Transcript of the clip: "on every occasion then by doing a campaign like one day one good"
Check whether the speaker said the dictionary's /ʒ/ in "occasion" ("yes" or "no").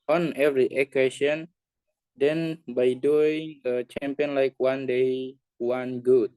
no